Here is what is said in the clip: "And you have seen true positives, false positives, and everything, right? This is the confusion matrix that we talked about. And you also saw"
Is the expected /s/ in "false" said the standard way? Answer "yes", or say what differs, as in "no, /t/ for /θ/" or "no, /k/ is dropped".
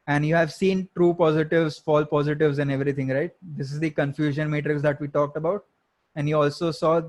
no, /s/ is dropped